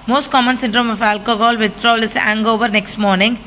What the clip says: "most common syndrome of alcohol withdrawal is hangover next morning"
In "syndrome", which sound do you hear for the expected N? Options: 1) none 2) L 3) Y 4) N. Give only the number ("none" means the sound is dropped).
4